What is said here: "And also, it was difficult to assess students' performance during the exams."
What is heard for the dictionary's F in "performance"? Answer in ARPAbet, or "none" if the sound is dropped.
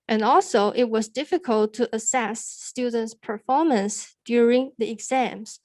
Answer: F